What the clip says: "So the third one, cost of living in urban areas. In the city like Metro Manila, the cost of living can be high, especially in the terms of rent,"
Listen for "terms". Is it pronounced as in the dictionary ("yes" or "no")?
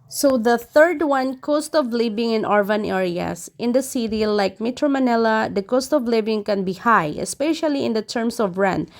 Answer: no